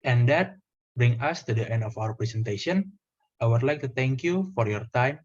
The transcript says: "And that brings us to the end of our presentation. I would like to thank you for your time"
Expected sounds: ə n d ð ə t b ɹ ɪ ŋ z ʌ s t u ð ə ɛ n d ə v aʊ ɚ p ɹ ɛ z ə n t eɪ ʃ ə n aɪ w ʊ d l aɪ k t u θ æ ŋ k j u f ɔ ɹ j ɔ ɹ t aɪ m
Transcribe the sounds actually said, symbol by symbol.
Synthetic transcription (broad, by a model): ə n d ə t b ɹ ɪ ŋ ʌ s t u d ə ɛ n d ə f aʊ ɚ p ɹ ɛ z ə n t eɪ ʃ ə n aɪ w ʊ d l aɪ k t u t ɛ ŋ k j u f ɔ ɹ j ɔ ɹ t aɪ m